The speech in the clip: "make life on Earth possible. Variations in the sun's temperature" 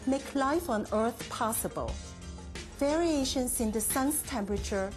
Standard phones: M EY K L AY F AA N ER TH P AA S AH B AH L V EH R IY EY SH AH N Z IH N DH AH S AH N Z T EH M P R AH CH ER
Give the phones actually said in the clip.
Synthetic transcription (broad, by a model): M EY K L AY F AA N ER TH P AA S AH B AH L V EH R IY EY SH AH N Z IH N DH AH S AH N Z T EH M P R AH CH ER